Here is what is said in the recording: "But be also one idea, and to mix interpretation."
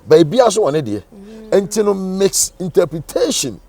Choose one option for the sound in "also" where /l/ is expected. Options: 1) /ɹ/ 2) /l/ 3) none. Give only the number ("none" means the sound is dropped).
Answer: 3